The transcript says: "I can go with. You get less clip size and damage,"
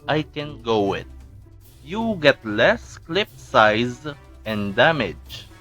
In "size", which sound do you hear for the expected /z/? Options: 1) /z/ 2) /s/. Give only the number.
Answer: 1